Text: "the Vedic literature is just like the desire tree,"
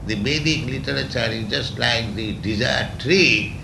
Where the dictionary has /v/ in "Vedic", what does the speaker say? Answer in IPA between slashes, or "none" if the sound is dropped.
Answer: /b/